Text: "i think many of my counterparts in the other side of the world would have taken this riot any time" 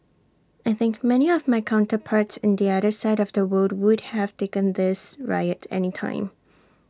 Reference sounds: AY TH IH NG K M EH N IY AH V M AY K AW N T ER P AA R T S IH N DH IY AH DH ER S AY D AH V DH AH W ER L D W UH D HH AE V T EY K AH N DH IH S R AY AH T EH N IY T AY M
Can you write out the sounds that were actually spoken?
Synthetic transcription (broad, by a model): AY TH IH NG K M EH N IY AH V M AY K AW N T ER P AA R T S IH N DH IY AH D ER S AY D AH V DH AH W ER D W UH D HH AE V T EY K AH N DH IH S R AY AH T EH N IY T AY M